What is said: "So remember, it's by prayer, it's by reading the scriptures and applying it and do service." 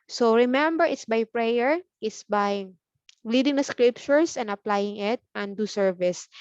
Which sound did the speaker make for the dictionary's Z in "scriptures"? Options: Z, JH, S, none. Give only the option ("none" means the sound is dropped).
S